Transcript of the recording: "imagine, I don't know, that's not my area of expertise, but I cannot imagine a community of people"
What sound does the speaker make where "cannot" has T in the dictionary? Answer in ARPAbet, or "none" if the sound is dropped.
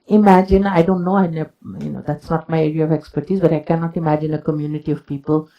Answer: T